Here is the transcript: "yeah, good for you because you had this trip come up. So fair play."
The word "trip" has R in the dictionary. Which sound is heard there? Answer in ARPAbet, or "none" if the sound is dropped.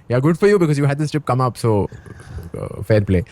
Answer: none